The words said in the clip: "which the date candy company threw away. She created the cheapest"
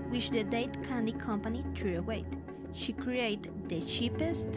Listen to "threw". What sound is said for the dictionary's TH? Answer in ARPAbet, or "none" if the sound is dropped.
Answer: T